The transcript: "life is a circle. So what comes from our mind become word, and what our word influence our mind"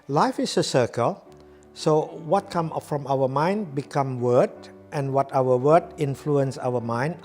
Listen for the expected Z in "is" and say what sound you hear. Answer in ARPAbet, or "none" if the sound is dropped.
S